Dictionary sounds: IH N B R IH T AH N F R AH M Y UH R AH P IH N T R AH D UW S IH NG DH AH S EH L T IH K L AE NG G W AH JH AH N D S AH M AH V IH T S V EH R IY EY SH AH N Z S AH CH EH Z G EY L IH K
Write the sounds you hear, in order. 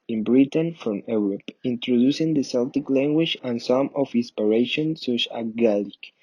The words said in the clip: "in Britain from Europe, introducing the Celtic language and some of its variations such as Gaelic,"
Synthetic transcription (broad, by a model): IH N B R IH T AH N F R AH M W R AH P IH N T R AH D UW S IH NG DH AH S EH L T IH K L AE NG G W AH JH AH N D S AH M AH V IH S P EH R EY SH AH N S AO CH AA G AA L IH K